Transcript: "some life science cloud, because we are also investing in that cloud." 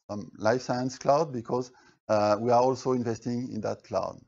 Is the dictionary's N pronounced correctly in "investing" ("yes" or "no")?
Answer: yes